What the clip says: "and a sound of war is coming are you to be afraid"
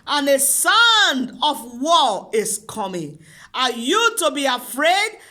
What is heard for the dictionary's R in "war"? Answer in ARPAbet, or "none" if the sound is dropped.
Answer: L